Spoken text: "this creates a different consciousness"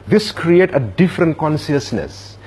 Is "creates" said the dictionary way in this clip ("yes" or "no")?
no